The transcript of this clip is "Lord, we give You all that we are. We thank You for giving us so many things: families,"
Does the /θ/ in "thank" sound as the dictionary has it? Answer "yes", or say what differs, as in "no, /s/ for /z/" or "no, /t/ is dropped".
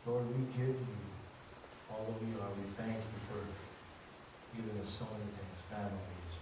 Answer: yes